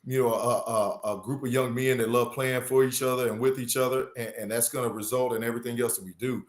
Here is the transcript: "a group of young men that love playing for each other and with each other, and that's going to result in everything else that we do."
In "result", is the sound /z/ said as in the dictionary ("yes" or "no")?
yes